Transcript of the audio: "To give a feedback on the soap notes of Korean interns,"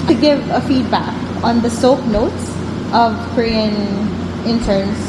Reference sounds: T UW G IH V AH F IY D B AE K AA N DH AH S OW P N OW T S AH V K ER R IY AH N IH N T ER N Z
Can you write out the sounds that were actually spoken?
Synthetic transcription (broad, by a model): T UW G IH V AH F IY D B AE K AA N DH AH S OW P N OW T S AH V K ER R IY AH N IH N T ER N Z